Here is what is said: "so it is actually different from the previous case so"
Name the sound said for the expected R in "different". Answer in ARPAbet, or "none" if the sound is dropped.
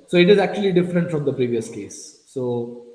R